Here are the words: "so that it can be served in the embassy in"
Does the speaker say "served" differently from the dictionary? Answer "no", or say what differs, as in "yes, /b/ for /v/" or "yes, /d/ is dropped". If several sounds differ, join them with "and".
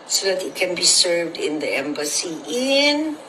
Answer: no